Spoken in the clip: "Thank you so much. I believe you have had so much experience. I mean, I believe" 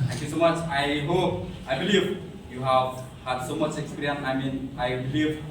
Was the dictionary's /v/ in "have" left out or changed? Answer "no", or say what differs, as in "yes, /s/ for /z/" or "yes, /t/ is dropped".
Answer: no